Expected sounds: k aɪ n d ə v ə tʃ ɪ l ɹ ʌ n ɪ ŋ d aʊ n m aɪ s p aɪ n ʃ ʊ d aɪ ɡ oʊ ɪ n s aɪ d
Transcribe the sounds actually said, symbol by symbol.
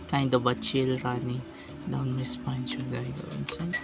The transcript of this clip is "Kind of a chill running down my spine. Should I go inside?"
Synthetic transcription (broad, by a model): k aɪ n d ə b ə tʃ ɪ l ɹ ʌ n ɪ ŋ d aʊ n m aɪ s p aɪ n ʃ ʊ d aɪ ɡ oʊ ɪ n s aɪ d